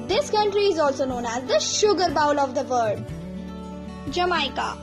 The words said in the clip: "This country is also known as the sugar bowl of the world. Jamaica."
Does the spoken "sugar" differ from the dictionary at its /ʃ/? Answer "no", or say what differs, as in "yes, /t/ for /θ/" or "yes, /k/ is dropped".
no